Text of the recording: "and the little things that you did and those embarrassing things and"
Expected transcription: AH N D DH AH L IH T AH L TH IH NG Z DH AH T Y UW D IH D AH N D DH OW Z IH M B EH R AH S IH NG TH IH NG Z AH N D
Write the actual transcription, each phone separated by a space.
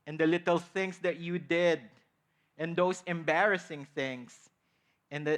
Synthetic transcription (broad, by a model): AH N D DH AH L IH T AH L TH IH NG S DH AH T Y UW D IH D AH N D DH OW S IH M B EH R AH S IH NG TH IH NG S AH N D